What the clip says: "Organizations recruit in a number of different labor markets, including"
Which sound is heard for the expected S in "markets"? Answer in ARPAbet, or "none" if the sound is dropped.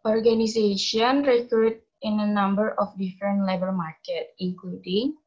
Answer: none